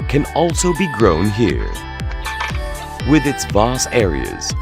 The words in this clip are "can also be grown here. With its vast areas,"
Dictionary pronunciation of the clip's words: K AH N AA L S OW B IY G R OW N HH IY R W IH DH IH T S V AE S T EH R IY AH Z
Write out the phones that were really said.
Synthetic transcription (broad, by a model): K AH N AA L S OW B IY G R OW N HH IY R W IH DH IH T S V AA S EH R IY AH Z